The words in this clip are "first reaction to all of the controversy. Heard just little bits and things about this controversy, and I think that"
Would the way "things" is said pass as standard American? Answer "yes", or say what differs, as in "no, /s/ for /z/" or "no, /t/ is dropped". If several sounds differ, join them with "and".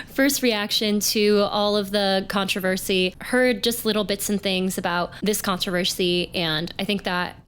yes